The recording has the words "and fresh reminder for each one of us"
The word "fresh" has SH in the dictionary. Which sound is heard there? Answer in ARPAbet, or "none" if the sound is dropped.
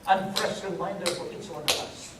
S